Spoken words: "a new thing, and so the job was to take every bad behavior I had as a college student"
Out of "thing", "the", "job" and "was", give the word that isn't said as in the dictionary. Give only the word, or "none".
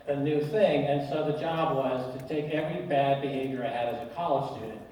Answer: none